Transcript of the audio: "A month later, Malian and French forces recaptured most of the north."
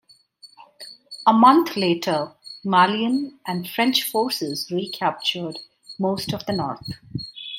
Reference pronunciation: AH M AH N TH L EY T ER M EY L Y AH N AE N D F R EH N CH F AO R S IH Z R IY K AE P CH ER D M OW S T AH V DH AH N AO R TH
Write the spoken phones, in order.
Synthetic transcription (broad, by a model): AH M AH N T L EY T ER M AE L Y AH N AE N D F R EH N CH F AO R S IH Z R IY K AE P CH ER D M OW S T AH V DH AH N AO R T